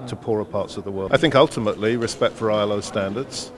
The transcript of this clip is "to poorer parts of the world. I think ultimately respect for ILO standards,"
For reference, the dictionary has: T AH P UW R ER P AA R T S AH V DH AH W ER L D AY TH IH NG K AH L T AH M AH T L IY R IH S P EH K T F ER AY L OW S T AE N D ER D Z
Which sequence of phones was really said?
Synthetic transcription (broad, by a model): T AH P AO R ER P AA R T S AH V DH AH W ER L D AY TH IH NG K AH L T AH M AH T L IY R IH S P EH K T F ER AY L OW S T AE N D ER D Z